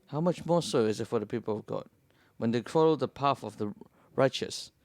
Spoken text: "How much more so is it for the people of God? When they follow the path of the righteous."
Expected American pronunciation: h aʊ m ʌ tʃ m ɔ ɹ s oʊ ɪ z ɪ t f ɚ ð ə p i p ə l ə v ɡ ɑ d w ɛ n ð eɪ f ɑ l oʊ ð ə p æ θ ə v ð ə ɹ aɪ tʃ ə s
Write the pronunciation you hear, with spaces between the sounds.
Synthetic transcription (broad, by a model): h aʊ m ʌ tʃ m ɔ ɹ s oʊ ɪ z ɪ t f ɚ ð ə p i p ə l ə v ɡ ɑ d w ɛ n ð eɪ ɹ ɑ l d ð ə p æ f ə v ð ə ɹ aɪ tʃ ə s